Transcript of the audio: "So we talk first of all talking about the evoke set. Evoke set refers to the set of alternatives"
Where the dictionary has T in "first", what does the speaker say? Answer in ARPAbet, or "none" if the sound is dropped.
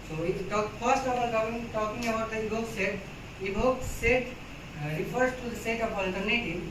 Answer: T